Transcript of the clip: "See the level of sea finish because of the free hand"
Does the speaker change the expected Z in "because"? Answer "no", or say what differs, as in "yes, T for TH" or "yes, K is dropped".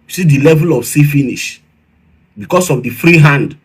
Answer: yes, S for Z